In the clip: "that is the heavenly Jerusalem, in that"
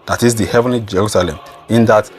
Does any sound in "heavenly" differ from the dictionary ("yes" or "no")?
no